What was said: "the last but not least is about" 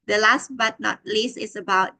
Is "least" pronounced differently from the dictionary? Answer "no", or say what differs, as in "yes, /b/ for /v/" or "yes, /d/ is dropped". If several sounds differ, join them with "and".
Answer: yes, /t/ is dropped